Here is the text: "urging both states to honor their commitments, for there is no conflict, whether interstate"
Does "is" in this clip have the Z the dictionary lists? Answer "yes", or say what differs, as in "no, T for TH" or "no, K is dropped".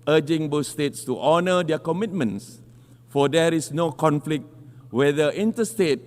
no, S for Z